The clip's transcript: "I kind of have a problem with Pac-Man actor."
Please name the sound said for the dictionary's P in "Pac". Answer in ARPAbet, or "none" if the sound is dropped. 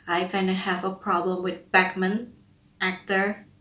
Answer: B